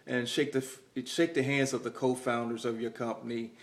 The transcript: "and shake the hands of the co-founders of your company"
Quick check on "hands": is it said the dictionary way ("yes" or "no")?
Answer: yes